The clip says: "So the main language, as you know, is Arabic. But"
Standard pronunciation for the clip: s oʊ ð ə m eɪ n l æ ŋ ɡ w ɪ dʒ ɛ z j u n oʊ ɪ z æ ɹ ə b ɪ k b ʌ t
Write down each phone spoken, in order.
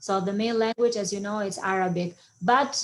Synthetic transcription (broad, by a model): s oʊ ð ə m eɪ n l æ ŋ ɡ w ɪ dʒ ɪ z j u n oʊ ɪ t æ ɹ ə b ɪ k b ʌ t